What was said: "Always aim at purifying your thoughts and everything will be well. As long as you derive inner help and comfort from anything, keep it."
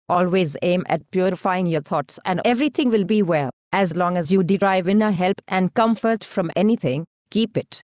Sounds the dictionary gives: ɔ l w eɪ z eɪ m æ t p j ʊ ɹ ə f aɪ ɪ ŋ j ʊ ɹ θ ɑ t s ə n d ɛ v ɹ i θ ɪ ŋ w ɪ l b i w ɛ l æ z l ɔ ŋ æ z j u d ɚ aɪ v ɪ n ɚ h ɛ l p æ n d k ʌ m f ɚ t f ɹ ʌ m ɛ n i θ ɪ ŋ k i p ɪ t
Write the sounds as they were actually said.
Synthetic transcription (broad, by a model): ɔ l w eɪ z eɪ m æ t p j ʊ ɹ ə f aɪ ɪ ŋ j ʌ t ɑ t s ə n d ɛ v ɹ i t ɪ ŋ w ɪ l b i w ɛ l æ z l ɔ ŋ æ z j u d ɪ aɪ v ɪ n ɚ h ɛ l p æ n d k ʌ m f ɚ t f ɹ ʌ m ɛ n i t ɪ ŋ k i p ɪ t